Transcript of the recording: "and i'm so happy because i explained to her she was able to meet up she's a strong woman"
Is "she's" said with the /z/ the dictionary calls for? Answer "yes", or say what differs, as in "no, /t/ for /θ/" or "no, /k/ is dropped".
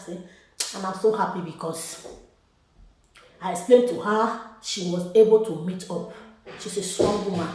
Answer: no, /s/ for /z/